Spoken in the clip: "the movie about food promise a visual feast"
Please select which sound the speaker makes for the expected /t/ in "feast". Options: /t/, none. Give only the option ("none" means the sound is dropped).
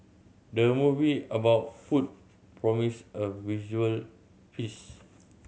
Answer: none